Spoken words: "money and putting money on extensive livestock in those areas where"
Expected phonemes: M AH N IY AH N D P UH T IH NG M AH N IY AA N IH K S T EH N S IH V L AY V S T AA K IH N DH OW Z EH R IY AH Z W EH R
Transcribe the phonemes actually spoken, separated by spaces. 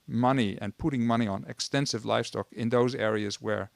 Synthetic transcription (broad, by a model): M AH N IY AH N P UH T IH NG M AH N IY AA N IH K S T EH N S IH V L AY F S T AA K IH N DH OW Z EH R IY AH Z W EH R